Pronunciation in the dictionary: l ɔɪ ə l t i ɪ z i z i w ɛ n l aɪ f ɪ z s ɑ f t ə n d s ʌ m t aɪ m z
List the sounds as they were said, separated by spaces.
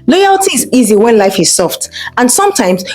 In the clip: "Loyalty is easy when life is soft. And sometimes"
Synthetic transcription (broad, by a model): l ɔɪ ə l t i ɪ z i z i w ɛ n l aɪ f ɪ z s ɑ f t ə n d s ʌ m t aɪ m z